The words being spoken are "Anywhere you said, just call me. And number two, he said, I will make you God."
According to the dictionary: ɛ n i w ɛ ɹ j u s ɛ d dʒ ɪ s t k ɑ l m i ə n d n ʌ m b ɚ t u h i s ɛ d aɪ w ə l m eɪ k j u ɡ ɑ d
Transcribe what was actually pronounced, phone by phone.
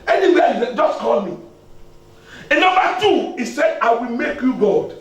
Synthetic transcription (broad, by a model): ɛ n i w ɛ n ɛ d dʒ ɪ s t k ɑ l m i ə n n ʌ m b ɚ t u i s ɛ d aɪ w ə l m eɪ k j u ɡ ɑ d